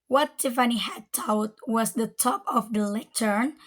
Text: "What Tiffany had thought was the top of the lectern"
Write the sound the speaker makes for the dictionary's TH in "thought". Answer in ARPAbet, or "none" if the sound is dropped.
T